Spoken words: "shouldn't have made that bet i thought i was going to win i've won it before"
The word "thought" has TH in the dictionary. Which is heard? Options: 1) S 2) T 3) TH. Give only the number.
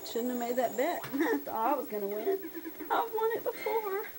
1